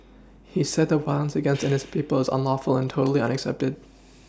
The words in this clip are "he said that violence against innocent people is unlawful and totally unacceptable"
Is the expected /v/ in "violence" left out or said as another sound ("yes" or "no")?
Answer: yes